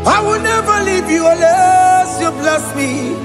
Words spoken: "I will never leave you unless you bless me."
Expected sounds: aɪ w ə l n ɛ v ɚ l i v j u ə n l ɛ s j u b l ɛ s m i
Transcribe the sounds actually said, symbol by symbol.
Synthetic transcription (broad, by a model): aɪ w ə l n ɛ v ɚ l i v j u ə l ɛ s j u b l ɛ s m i